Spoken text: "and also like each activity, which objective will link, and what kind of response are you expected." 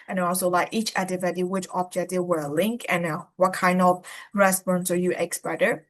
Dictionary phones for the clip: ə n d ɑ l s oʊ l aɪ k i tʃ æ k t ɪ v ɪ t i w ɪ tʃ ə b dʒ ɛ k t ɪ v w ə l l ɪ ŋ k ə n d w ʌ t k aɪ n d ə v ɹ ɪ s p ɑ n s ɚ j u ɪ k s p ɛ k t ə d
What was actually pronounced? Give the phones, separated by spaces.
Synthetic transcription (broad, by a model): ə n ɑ ɑ l s oʊ l aɪ k i tʃ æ t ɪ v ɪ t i w ɪ tʃ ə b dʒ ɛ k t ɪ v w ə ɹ l ɪ ŋ k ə n w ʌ t k aɪ n d ə v ɹ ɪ s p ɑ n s ɚ j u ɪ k s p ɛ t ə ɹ